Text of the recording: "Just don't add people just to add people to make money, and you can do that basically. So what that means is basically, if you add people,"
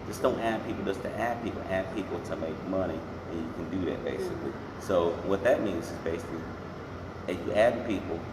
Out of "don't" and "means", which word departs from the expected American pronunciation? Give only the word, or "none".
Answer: none